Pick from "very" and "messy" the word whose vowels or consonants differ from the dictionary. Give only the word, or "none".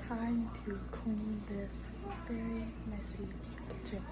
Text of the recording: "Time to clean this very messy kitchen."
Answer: very